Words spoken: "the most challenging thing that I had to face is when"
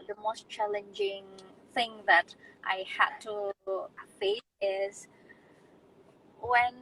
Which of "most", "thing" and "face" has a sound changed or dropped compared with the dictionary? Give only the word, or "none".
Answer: face